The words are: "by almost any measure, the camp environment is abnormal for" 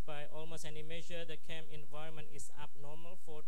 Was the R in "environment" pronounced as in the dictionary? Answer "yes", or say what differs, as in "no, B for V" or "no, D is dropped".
yes